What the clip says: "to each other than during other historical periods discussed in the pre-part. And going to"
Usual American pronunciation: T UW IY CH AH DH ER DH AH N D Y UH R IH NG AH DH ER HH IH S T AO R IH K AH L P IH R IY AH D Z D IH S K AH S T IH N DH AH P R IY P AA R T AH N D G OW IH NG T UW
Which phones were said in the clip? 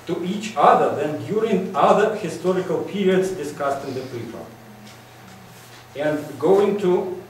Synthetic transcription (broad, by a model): T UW IY CH AH DH ER DH AH N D Y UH R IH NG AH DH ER HH IH S T AO R IH K AH L P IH R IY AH D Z D IH S K AH S T IH N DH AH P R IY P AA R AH N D G OW IH NG T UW